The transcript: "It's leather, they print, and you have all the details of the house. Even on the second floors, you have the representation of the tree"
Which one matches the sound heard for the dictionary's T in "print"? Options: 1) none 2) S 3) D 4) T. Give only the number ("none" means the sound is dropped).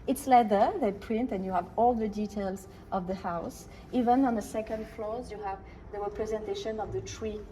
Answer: 4